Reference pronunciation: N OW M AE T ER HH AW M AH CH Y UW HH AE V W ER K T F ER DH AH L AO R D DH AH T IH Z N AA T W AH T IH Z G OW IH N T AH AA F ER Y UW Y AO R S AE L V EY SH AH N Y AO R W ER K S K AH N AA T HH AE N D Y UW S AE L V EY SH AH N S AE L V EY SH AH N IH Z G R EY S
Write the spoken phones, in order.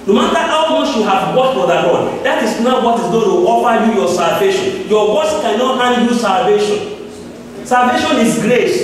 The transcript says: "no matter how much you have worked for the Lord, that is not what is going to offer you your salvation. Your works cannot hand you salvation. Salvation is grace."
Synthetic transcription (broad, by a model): N OW M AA T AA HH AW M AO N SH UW HH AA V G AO T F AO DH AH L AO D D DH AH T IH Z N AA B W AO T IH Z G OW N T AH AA F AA Y UW Y AO S AE L V EY SH AH N Y AO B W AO S K AH N AA T HH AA N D Y UW S AE L V EY SH AH N S AE L V EY SH AH N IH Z G R EY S